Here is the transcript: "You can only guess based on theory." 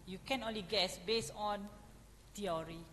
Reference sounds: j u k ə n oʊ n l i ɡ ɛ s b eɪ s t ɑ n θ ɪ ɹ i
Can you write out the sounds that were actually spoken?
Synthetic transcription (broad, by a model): j u k ə n oʊ n l i ɡ ɛ s b eɪ s ɑ n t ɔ ɹ i